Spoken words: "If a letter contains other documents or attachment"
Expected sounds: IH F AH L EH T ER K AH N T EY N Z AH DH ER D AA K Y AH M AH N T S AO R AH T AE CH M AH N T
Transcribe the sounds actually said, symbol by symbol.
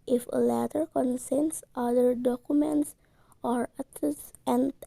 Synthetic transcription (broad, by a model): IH F AH L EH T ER K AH N S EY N S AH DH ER D AA K Y AH M AH N T S AO R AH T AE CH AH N